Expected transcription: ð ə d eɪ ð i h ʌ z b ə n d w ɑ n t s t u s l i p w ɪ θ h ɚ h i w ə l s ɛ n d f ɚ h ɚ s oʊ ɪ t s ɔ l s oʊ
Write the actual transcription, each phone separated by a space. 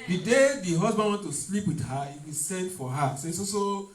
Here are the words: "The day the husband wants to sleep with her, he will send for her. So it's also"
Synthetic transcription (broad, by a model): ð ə d eɪ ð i h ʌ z b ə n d w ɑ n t t u s l i p w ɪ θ h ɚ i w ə s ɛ n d f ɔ h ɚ s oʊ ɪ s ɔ s oʊ